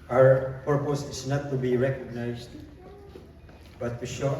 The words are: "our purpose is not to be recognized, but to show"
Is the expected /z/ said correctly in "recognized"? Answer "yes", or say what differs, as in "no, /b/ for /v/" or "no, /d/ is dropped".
no, /s/ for /z/